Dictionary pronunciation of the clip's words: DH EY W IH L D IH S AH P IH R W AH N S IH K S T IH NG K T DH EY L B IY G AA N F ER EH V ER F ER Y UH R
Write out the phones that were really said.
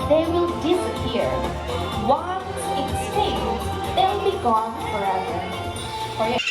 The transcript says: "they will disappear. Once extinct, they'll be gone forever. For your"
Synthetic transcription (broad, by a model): DH EY W IH L D IH S AH P IH R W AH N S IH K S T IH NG DH EY L B IY G AA N F ER EH V ER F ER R